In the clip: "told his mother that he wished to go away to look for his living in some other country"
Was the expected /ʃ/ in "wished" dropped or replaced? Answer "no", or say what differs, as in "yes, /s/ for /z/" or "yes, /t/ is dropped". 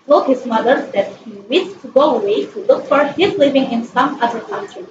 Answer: yes, /ʃ/ is dropped